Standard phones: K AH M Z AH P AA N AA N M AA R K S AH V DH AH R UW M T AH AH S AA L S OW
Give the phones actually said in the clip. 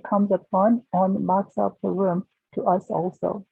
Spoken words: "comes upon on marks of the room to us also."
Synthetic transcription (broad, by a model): K AH M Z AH F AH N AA N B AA K S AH P DH AH R UW M T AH AH S AA L S OW